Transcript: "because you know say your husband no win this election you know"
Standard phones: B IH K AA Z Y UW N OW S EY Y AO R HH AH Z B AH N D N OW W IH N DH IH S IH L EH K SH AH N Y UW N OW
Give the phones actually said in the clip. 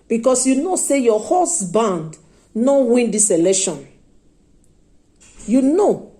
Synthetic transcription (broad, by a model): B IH K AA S Y UW N OW S EY Y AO HH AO S B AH N D N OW W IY N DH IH S IH L EH K SH AH N Y UW N OW